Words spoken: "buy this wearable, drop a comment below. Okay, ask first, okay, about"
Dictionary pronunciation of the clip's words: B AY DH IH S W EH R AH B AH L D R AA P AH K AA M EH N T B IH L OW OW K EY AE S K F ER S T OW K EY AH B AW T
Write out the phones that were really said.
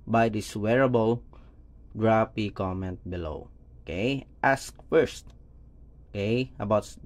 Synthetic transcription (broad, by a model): B AY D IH S W EH R AH B AH L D R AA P AH K AA M EH N T B IH L OW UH K EY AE S K F ER S T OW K EY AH B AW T